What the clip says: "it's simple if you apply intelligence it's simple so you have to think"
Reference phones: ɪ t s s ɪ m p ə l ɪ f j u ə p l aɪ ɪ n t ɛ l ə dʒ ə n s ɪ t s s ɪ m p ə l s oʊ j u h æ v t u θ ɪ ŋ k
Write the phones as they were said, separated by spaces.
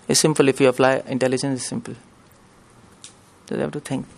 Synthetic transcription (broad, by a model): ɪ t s s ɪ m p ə l ɪ f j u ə f l aɪ ɪ n t ɛ l ə dʒ ə n s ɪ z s s ɪ m p ə l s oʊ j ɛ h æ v t u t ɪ ŋ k